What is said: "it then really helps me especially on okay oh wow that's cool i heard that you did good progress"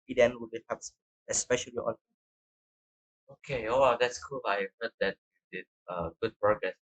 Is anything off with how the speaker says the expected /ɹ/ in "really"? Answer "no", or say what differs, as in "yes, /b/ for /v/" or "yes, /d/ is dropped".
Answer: yes, /w/ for /ɹ/